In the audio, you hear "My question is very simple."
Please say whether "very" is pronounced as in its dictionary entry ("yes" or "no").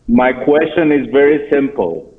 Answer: yes